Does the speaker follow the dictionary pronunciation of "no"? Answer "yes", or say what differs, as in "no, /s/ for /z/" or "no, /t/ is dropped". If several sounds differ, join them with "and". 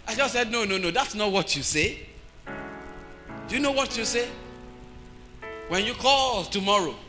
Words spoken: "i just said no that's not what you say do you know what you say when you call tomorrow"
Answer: yes